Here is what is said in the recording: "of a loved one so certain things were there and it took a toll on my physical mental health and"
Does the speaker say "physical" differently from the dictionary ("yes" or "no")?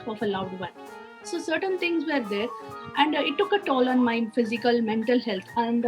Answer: no